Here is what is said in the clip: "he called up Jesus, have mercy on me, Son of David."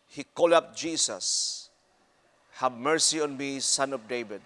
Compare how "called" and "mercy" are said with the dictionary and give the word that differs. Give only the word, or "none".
called